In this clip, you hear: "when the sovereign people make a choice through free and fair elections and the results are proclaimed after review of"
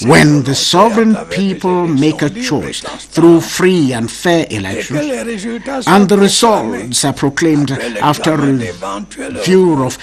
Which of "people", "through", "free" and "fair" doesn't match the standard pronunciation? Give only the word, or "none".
none